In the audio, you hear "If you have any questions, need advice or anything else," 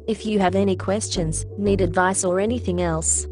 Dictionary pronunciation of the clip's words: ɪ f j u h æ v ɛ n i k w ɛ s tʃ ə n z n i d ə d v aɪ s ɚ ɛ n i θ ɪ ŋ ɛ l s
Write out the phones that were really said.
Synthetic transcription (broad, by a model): ɪ f j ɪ v ɛ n i k w ɛ s tʃ ə n z n i d ə d v aɪ s ɚ ɛ n i θ ɪ ŋ ɛ l s